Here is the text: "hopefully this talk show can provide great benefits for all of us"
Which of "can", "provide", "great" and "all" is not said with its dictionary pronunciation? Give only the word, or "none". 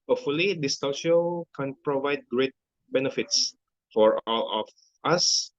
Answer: none